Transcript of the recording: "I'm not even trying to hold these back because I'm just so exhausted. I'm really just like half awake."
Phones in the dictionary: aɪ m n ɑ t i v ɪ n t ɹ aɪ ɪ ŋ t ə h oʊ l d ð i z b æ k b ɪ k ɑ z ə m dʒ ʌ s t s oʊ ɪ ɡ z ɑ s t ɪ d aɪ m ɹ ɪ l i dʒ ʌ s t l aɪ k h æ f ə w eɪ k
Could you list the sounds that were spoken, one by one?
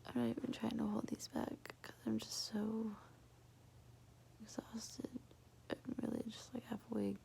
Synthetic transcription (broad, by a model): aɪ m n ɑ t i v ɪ n t ɹ aɪ ɪ ŋ t ə h oʊ l d ð i z b æ k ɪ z ɑ ə m dʒ ʌ s t s oʊ ɪ ɡ z ɑ s t ɪ d aɪ m ɹ ɪ l i dʒ ʌ s t l aɪ k h æ f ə w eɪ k